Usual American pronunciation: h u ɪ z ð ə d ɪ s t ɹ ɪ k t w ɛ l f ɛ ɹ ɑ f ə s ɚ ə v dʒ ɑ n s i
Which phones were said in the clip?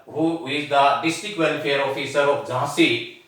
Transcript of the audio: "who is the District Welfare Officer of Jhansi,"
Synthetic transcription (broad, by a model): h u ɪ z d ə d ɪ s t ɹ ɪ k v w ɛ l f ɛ ɹ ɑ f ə s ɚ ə p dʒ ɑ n s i